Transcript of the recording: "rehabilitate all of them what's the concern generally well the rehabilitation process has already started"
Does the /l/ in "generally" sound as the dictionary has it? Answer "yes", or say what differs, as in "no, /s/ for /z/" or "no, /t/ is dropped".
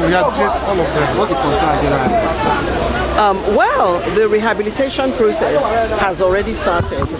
no, /l/ is dropped